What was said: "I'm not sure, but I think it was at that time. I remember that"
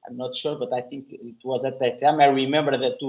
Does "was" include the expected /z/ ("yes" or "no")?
yes